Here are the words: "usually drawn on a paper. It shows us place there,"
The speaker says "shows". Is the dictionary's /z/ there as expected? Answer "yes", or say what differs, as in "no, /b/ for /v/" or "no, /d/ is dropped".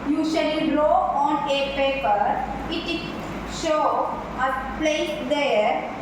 no, /z/ is dropped